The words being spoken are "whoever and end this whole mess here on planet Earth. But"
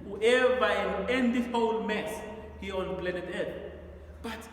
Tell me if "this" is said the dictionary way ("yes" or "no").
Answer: no